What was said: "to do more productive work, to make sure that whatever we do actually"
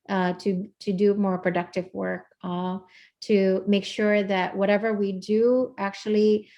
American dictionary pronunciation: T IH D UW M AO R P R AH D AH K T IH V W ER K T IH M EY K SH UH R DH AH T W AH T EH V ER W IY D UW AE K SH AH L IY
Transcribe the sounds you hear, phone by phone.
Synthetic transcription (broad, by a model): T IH D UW M AO R P R AH D AH K T IH V W ER K T IH M EY K SH UH R DH AH T W AH T EH V ER W IY D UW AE K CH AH L IY